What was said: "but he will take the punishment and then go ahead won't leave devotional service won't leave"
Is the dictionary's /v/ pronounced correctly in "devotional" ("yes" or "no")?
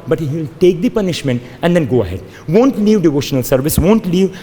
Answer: yes